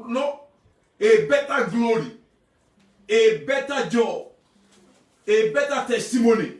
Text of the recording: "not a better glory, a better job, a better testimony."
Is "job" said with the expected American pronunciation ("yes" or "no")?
no